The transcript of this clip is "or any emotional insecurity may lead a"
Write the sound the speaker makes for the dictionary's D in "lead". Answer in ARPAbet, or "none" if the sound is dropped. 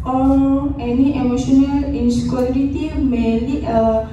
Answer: none